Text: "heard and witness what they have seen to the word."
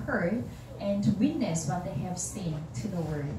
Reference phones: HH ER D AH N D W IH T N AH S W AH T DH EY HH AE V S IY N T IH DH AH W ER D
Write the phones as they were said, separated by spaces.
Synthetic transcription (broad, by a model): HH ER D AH N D W IH T N AH S W AH T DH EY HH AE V S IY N T IH DH AH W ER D